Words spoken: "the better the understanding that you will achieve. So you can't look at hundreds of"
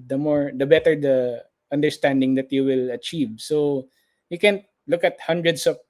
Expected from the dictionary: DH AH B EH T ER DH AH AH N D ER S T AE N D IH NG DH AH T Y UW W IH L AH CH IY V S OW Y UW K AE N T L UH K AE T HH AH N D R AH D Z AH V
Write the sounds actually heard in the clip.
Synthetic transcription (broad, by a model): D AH B EH T ER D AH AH N D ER S T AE N D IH NG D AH T Y UW W IH L AH CH IY V S OW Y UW K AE N T L UH K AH T HH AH N D R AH D S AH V